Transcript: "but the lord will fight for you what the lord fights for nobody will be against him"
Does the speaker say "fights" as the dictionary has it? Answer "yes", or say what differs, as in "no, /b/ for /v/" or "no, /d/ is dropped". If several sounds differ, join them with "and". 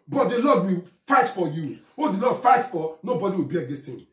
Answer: no, /s/ is dropped